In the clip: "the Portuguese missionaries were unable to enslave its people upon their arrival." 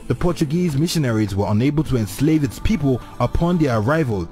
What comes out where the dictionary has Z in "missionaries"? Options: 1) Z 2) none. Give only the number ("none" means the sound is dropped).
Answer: 1